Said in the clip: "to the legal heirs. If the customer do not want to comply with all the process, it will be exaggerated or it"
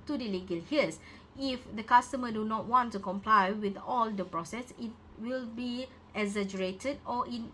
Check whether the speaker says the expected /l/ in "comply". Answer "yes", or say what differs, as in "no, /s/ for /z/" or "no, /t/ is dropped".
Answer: yes